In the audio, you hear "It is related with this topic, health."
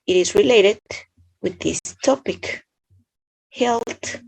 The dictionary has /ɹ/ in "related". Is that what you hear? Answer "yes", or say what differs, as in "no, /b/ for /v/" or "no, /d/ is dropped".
yes